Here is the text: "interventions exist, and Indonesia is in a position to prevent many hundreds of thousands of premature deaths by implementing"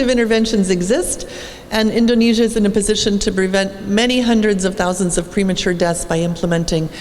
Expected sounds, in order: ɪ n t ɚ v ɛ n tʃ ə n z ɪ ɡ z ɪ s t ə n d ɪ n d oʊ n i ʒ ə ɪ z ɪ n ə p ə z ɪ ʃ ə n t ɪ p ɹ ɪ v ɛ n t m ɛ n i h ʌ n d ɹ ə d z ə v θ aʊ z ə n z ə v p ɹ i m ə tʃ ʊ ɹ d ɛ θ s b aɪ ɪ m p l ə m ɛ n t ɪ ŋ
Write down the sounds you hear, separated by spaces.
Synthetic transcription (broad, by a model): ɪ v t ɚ v ɛ n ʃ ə n z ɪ ɡ z ɪ s t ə n ɪ n d oʊ n i ʒ ə ɪ z ɪ n ə p ə z ɪ ʃ ə n t ɪ p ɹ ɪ v ɛ n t m ɛ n i h ʌ n d ɹ ə d z ə v θ aʊ z ə n z ə v p ɹ i m ə tʃ ʊ ɹ d ɛ t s b aɪ ɪ m p l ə m ɛ n t ɪ ŋ